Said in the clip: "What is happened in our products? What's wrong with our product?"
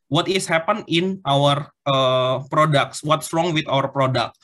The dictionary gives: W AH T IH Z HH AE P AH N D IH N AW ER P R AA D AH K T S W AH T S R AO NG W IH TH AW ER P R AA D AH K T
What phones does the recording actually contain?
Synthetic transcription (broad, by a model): W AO T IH S HH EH P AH N IH N AW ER P R AA D AH K T S W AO T S R AO NG W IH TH AW ER P R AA D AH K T